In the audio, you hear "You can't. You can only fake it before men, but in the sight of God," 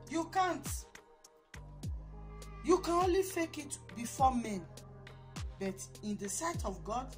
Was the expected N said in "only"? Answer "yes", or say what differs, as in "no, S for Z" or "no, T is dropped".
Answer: yes